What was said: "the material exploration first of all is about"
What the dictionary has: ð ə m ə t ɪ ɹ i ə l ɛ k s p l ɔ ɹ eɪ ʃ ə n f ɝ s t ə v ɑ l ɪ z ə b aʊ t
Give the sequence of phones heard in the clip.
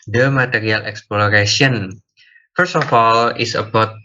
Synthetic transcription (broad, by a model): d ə m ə t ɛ ɹ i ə l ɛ k s p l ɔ ɹ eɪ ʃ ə n f ɝ s t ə f ɑ l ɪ s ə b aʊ t